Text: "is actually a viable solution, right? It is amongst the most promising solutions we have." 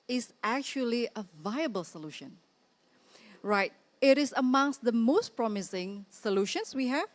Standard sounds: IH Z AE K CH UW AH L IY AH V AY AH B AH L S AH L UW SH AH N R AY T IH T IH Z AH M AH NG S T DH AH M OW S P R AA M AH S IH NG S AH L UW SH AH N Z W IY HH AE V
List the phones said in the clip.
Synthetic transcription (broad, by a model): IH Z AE K CH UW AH L IY AH V AY AH B AH L S AH L UW SH AH N R AY T IH T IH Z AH M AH NG S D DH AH M OW S P R AA M AH S IH NG S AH L UW SH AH N S W IY HH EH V